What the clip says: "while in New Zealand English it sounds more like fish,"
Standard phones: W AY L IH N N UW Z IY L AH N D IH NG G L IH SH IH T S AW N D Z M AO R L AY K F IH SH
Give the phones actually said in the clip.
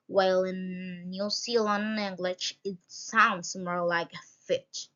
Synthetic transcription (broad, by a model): W AY L IH N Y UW S IY L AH N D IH NG G L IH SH IH T S AW N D S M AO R L AY K F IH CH